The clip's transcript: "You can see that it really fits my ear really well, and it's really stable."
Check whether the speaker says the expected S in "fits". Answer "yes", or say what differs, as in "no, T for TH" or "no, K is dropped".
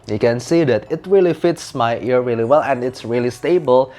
yes